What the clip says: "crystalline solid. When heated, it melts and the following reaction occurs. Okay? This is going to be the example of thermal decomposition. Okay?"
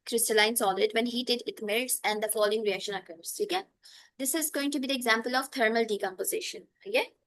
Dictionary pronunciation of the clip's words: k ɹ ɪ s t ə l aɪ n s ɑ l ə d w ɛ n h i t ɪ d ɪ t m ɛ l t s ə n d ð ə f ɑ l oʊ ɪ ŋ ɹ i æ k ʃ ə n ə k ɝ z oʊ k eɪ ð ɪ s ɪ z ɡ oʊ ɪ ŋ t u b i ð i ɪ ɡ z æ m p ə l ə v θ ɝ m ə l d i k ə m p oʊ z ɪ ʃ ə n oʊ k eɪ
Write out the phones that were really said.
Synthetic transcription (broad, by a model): k ɹ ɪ s t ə l aɪ n s ɑ l ə d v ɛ n h i t ɪ d ɪ t m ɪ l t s ə n d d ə f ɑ l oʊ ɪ ŋ ɹ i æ k ʃ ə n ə k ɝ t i k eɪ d ɪ s ɪ z ɡ oʊ ɪ ŋ t u b i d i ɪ ɡ z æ m p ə l ə v t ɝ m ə l d i k ə m p oʊ z ɪ ʃ ə n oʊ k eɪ